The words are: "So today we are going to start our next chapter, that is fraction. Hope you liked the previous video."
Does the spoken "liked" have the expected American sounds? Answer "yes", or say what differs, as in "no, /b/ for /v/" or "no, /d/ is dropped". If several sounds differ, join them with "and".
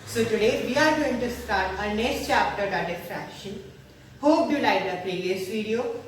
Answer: no, /k/ is dropped